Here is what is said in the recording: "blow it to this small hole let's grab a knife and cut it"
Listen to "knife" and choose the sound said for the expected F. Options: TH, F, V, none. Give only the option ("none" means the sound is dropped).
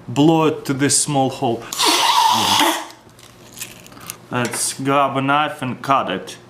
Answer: F